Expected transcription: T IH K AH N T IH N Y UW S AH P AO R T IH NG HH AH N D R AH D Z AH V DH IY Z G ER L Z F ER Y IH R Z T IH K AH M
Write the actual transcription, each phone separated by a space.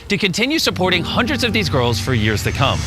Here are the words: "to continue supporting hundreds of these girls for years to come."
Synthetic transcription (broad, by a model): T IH K AH N T IH N Y UW S AH P AO R T IH NG HH AH N D R AH D Z AH V DH IY Z G ER L Z F ER Y IH R Z T IH K AH M